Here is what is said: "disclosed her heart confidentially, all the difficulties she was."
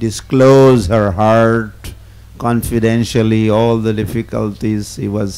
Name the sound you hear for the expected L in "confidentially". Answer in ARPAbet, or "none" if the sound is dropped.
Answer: L